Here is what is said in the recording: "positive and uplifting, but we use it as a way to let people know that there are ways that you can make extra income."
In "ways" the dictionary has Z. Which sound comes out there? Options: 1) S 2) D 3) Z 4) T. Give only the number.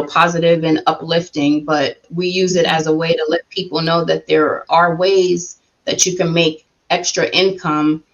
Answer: 3